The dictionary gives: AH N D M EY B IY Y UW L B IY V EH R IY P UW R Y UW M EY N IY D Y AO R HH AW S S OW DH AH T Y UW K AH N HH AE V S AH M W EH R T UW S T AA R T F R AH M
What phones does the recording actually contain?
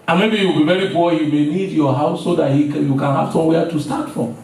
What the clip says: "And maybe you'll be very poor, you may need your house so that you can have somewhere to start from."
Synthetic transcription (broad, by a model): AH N M EY B IY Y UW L B IY V EH R IY B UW Y UW M EY N IY D Y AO HH AW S S OW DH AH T Y UW K AH N HH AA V S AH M W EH T UW S T AA T F R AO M